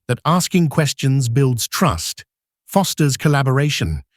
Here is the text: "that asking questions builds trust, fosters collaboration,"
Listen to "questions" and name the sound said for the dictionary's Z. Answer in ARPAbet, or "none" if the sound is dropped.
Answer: Z